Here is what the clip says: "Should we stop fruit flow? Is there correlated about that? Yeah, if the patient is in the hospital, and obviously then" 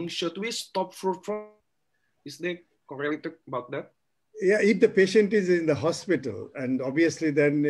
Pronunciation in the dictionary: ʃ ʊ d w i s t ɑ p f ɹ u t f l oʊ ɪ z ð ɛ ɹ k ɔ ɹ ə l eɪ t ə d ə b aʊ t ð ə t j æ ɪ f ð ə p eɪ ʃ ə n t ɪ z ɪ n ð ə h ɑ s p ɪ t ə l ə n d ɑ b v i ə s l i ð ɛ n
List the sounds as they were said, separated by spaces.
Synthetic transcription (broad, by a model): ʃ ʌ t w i s t ɑ p f ɹ u t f oʊ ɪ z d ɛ k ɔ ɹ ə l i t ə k ə b aʊ t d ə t j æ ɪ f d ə p eɪ ʃ ə n t ɪ z ɪ n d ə h ɑ s p ɪ t ə l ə n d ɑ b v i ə s l i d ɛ n